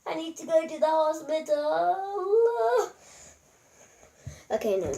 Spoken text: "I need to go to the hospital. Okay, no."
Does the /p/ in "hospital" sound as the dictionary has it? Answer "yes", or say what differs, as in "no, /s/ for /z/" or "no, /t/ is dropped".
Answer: no, /b/ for /p/